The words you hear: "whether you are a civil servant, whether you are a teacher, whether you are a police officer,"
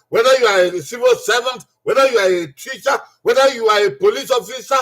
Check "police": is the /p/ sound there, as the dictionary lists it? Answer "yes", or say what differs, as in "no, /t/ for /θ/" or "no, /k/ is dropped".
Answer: yes